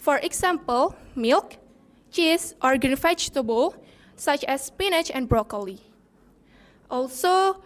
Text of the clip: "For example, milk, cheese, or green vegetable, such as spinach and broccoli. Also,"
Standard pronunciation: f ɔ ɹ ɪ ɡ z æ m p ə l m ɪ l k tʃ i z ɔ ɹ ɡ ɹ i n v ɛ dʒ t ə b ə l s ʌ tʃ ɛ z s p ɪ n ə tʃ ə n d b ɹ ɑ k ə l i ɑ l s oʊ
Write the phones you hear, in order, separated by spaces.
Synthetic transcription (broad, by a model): f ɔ ɹ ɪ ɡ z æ m p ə l m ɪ l k tʃ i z ɔ ɹ ɡ i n f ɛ tʃ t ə b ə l s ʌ tʃ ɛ s p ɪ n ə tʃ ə n b ɹ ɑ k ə l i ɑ l s oʊ